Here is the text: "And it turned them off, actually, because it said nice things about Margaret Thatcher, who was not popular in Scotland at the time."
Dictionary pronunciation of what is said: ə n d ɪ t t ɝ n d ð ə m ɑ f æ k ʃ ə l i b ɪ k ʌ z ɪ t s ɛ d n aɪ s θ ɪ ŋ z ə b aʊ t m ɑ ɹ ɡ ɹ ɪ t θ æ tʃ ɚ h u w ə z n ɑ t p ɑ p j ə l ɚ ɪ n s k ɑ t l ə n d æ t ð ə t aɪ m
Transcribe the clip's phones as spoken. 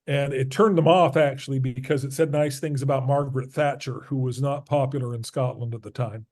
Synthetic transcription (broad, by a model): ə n ɪ t t ɝ n ð ə m ɑ f æ k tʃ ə l i b ɪ k ʌ z ɪ t s ɛ d n aɪ s θ ɪ ŋ z ə b aʊ t m ɑ ɹ ɡ ɹ ɪ t θ æ tʃ ɚ h u w ə z n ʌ t p ɑ p j l ɚ ɪ n s k ɑ t l ə n d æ t ð ə t aɪ m